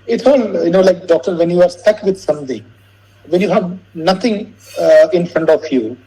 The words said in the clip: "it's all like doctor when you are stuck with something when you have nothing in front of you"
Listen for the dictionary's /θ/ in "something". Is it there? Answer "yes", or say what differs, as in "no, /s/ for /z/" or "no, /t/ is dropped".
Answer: no, /t/ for /θ/